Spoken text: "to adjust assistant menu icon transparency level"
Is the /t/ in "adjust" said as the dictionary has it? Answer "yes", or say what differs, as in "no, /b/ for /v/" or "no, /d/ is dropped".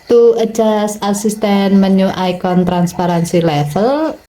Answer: no, /t/ is dropped